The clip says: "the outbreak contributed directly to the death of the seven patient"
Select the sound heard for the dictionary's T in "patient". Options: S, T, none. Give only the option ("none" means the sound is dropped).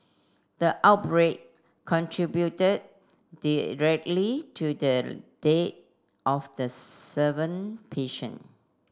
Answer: none